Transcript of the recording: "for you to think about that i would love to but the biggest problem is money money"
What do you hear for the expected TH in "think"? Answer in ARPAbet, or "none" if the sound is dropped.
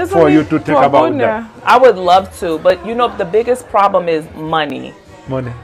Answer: T